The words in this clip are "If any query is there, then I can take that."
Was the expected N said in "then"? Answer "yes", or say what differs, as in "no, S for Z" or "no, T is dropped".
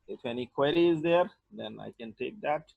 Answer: yes